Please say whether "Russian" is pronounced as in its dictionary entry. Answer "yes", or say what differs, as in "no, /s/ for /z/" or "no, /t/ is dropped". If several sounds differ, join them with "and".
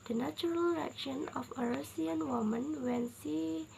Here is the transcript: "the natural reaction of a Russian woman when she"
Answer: no, /s/ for /ʃ/